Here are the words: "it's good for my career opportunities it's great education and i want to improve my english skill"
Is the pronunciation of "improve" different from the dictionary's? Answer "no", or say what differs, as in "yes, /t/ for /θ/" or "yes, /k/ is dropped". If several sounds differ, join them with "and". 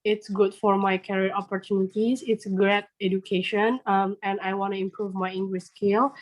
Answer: no